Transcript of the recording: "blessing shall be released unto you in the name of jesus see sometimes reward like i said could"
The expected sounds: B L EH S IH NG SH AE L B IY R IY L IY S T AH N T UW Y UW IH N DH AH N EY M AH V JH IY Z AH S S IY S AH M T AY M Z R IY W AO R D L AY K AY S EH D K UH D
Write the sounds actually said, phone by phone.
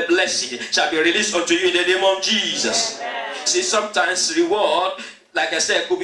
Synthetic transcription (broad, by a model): B L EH S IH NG SH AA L B IY R IY L IY S T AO N T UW Y UW IH N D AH N EY M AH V JH IY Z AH S S IY S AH M T AY M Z R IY W AO D L AY K AY S EH D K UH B